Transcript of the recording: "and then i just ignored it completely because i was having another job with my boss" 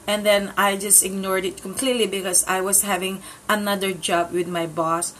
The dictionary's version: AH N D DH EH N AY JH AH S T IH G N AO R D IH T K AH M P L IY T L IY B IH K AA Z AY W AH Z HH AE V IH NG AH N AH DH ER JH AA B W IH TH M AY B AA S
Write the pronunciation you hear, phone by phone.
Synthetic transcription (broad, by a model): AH N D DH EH N AY JH AH S T IH G N AO R D IH T K AH M P L IY T L IY B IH K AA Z AY W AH S HH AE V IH NG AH N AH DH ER JH AA B W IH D M AY B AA S